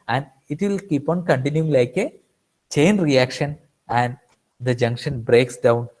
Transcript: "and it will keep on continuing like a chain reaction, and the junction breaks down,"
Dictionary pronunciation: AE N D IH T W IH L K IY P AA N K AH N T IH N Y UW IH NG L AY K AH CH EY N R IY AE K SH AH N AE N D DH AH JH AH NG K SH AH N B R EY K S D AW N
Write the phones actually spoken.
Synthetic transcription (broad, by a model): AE N D IH T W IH L K IY P AA N K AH N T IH N Y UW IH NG L AY K AH CH EY N R IY AE K SH AH N AE N D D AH JH AH NG K SH AH N B R EY K S D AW N